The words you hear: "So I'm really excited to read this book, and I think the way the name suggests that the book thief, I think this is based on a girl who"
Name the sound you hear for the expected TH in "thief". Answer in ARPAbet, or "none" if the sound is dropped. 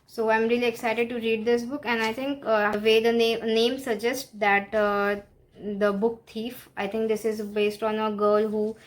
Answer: T